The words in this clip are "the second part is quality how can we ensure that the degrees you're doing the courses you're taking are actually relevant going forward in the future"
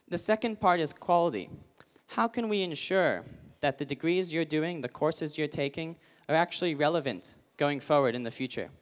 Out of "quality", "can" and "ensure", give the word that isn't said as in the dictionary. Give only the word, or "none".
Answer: none